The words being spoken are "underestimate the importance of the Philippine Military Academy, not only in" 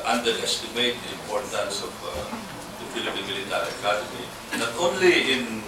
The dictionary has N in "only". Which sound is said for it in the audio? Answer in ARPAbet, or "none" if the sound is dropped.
N